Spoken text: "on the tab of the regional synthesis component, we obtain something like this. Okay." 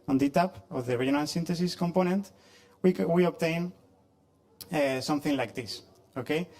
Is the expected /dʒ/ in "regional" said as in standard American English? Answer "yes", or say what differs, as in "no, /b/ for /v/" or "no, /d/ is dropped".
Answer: no, /dʒ/ is dropped